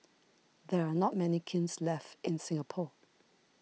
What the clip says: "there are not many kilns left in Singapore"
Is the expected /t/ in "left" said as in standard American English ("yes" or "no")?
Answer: yes